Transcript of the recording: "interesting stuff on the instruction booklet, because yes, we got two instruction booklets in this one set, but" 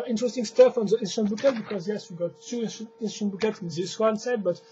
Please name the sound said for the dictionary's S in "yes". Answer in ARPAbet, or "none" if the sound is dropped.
S